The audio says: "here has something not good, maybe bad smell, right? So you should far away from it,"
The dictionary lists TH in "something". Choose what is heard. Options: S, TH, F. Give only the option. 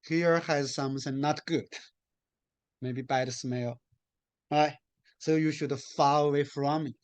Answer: S